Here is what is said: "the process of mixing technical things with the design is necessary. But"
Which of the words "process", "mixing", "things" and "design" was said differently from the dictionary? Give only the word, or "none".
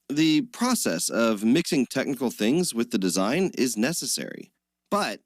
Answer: none